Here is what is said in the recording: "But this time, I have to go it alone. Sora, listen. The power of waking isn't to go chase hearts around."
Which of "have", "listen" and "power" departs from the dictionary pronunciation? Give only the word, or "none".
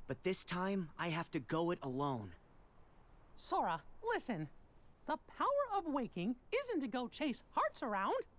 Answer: have